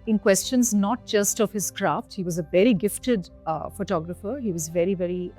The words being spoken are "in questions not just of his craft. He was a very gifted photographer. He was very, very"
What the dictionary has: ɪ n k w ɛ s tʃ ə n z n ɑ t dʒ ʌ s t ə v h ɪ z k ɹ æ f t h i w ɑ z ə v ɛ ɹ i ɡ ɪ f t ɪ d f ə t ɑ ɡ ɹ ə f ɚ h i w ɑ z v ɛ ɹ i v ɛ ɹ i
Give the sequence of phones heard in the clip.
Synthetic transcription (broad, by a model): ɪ n k w ɛ s tʃ ə n z n ɑ t dʒ ʌ s t ə v h ɪ z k ɹ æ f t h i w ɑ z ə v ɛ ɹ i ɡ ɪ f t ɪ d f ə t ɑ ɡ ɹ ə f ɚ h i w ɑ z v ɛ ɹ i v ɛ ɹ i